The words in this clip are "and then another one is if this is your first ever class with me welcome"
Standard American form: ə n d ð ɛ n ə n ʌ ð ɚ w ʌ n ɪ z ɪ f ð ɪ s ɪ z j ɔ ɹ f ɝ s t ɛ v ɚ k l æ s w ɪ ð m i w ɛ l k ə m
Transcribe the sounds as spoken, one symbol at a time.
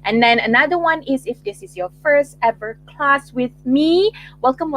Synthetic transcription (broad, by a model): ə n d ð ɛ n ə n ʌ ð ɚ w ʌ n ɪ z ɪ f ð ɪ s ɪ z j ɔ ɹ f ɝ s t ɛ v ɚ k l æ s w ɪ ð m i w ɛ l k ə m